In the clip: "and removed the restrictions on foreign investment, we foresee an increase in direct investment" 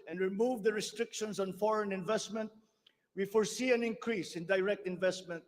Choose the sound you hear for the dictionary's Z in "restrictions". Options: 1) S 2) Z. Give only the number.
1